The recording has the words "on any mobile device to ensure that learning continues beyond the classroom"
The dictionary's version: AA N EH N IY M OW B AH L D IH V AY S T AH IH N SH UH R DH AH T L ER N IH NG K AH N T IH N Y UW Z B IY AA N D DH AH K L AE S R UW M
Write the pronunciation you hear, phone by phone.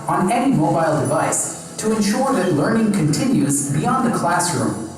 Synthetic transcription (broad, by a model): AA N EH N IY M OW B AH L D IH V AY S T AH IH N SH UH R DH AH T L ER N IH NG K AH N T IH N Y UW Z B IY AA N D DH AH K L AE S R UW M